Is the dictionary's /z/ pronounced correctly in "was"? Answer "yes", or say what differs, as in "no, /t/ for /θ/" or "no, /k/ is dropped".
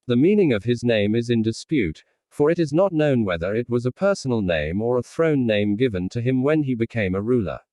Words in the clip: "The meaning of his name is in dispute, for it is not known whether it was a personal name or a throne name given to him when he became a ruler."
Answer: yes